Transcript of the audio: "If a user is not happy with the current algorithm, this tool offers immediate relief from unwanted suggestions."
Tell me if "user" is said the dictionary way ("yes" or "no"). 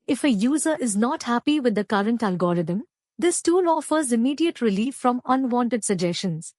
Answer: yes